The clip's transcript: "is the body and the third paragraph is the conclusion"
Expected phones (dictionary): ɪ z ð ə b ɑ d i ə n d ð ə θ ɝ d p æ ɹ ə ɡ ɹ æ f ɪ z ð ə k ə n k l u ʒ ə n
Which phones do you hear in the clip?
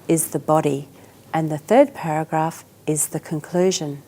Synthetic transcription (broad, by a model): ɪ z ð ə b ɑ d i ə n ð ə θ ɝ d p æ ɹ ə ɡ ɹ æ f ɪ z ð ə k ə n k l u ʒ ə n